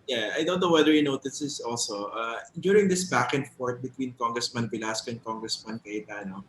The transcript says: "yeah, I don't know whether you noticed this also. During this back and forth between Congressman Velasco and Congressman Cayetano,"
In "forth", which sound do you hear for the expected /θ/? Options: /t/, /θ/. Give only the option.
/t/